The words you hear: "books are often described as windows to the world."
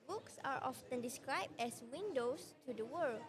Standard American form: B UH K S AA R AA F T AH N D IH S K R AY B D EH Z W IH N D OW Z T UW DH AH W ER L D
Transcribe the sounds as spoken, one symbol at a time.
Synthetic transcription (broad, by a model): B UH K S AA R AA F T AH N D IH S K R AY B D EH S W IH N D OW S T UW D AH W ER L